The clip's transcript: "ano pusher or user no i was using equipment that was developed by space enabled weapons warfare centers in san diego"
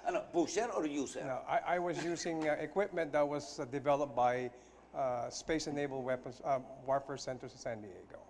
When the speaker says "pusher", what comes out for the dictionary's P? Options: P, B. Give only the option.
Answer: B